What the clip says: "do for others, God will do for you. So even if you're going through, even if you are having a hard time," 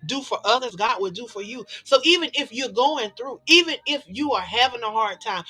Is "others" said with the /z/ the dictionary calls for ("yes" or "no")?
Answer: yes